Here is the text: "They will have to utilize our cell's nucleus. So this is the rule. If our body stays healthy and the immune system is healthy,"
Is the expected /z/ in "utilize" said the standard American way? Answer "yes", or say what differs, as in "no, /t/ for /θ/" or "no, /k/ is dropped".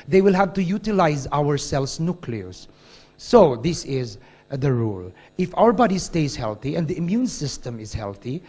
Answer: yes